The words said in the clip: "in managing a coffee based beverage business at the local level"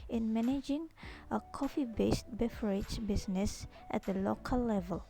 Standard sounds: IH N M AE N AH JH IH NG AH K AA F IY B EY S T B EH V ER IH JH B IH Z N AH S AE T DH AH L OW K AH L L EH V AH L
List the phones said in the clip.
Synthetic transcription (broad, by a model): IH N M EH N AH JH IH NG AH K AA F IY B EY S T B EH F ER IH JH B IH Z N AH S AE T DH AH L OW K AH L L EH V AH L